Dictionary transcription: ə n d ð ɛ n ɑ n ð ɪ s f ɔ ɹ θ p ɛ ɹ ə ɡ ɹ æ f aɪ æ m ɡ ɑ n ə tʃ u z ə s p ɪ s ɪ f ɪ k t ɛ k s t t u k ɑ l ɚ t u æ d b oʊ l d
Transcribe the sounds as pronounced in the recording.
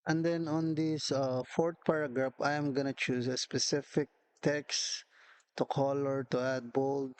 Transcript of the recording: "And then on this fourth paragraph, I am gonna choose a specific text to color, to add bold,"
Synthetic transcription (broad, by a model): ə n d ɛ n ɑ n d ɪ s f ɔ ɹ t p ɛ ɹ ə ɡ ɹ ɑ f aɪ m ɡ ɑ n ə tʃ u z ə s p ɪ s ɪ f ɪ k t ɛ k s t t u k ɑ l ɚ t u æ d b oʊ l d